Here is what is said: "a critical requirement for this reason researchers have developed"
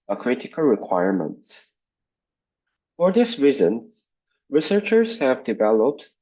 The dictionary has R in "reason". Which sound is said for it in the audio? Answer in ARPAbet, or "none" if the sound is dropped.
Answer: R